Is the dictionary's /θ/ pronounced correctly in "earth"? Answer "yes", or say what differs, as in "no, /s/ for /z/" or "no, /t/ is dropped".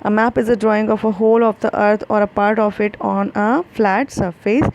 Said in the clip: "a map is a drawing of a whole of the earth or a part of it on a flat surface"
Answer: no, /t/ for /θ/